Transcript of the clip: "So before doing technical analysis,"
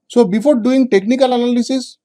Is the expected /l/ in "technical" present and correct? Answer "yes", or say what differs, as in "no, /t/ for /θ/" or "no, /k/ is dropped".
yes